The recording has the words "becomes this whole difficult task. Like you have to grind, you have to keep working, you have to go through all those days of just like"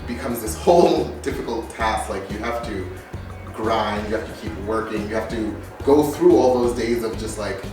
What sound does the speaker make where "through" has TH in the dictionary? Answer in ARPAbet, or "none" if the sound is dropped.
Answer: TH